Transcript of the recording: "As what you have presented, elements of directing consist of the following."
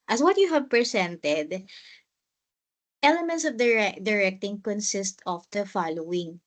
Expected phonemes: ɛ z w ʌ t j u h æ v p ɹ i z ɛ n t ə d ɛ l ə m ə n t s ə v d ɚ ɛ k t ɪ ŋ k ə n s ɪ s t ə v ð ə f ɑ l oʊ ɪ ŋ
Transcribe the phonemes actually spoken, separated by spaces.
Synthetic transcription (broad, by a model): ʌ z w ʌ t j u h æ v p ɹ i s ɛ n t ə d ɛ l ə m ə n t s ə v d ɚ ɛ k t ɪ ŋ k ə n s ɪ s t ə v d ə f ɑ l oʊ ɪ ŋ